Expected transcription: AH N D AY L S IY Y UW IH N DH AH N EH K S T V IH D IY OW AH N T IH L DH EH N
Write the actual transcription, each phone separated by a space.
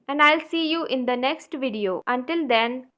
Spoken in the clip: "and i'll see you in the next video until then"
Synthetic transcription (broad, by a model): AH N D AY L S IY Y UW IH N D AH N EH K S T V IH D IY OW AH N T IH L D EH N